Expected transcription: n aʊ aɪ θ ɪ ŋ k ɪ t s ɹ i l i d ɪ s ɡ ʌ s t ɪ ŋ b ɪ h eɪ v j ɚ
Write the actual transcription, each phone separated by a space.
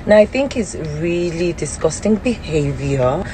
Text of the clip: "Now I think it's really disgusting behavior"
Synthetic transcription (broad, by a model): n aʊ aɪ θ ɪ ŋ k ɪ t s ɹ i l i d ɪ s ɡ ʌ s t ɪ ŋ b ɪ h eɪ v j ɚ